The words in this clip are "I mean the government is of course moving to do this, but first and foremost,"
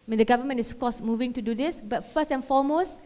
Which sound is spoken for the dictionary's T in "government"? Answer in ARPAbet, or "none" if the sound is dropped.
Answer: none